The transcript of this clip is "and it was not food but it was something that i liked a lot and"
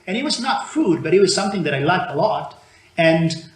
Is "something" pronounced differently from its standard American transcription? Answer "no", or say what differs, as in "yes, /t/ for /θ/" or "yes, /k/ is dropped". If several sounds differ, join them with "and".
no